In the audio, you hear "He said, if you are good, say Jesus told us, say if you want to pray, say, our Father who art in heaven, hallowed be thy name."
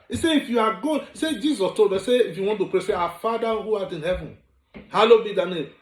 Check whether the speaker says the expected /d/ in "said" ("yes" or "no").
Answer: no